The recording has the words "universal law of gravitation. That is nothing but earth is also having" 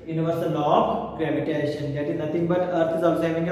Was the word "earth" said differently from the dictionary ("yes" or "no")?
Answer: yes